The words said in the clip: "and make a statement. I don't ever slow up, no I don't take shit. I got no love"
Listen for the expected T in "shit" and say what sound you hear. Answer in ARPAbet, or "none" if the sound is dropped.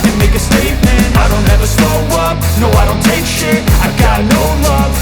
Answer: none